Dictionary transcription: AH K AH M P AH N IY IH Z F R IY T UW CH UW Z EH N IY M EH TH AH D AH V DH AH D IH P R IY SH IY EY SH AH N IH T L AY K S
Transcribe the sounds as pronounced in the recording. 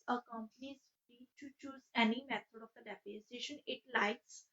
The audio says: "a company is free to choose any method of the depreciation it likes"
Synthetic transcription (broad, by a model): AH K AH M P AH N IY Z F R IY T UW CH UW Z EH N IY M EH T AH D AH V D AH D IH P IY S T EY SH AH N IH T L AY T S